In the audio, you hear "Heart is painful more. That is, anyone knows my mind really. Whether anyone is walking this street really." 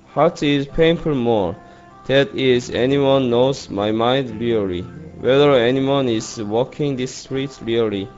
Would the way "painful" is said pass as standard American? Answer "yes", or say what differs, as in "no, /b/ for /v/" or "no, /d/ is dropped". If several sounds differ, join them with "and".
no, /p/ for /f/